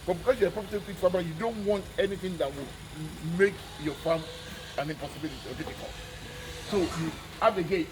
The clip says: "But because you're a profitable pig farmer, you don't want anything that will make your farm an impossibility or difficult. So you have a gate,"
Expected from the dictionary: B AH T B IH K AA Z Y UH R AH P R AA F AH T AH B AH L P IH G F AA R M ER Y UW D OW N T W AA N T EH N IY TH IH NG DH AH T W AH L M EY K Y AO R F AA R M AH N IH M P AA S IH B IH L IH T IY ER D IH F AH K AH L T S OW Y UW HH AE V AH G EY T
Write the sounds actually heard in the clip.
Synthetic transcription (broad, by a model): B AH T B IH K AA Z Y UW AH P R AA P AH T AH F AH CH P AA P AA Y UW D OW N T W AA N T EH N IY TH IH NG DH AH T W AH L M EY K Y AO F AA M AH N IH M P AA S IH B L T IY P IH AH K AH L S OW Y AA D AH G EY